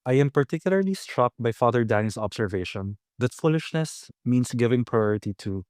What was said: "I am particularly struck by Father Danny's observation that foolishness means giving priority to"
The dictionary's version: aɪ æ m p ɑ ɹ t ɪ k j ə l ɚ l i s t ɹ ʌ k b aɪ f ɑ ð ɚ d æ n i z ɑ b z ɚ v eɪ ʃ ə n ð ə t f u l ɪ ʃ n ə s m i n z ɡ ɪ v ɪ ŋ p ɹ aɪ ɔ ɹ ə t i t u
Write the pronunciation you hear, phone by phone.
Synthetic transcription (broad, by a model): aɪ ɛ m p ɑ ɹ t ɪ k j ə l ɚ l i s t ɹ ʌ k b aɪ f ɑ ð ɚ d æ n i s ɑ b s ɚ v eɪ ʃ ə n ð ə t f u l ɪ ʃ n ə s m i n s ɡ ɪ v ɪ ŋ p ɹ aɪ ɔ ɹ ə t i t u